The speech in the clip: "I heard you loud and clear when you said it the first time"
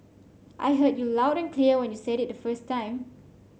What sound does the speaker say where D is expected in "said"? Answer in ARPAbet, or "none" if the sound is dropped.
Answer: D